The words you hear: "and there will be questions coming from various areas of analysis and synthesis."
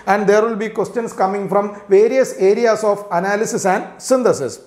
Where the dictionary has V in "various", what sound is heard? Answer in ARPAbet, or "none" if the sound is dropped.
V